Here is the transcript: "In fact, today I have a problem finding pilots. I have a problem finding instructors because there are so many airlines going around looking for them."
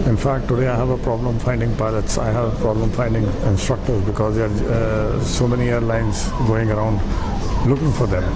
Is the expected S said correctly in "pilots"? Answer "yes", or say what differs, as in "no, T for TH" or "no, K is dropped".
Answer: yes